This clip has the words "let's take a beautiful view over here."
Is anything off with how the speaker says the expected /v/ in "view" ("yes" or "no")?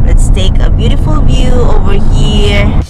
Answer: no